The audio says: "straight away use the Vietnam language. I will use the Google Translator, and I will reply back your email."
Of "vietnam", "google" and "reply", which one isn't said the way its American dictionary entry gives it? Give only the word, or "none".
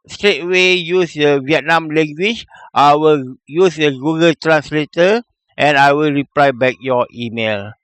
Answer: none